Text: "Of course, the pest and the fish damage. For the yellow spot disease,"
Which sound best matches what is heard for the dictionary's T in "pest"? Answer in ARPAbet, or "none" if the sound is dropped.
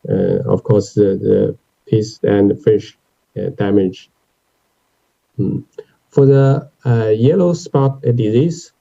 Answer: none